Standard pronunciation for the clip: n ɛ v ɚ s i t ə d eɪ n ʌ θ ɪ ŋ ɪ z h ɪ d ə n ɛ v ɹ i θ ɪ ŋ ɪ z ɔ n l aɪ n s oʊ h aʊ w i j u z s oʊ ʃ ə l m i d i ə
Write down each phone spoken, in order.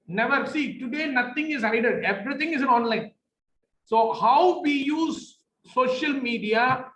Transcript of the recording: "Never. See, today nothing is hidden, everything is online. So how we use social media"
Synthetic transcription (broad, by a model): n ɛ v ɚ s i t ə d eɪ n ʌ t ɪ ŋ ɪ z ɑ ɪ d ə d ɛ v ɹ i t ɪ ŋ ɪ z ɔ n l aɪ n s oʊ h aʊ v i j u z s oʊ ʃ ə l m i d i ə